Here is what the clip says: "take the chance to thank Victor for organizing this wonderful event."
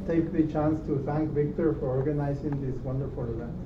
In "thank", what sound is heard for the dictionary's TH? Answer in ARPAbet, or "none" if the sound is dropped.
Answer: T